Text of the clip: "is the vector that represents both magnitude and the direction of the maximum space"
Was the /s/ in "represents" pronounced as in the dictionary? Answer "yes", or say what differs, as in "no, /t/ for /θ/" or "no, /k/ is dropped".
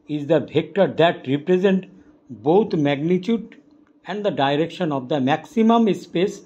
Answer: no, /s/ is dropped